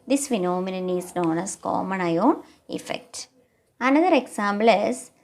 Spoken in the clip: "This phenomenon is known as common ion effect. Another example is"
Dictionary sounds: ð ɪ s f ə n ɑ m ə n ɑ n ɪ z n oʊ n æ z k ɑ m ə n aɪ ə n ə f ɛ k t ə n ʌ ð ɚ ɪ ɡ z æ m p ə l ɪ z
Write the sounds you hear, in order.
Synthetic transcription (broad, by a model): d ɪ s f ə n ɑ m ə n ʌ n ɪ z n oʊ n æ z k ɑ m ə n aɪ ə n ə f ɛ k t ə n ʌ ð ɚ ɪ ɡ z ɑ m b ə l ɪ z